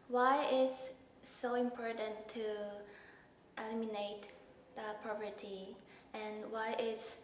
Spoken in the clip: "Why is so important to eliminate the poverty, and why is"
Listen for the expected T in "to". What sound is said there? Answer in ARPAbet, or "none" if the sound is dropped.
T